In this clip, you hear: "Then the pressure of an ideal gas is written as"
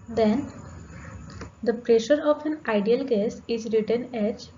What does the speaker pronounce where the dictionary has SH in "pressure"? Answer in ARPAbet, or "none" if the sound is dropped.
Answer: SH